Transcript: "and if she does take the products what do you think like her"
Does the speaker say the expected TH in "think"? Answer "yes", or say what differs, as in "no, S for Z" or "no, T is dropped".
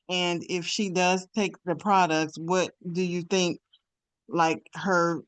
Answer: yes